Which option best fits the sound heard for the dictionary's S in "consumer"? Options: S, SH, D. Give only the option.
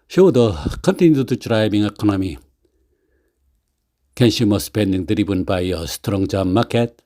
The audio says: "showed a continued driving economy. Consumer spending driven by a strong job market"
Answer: SH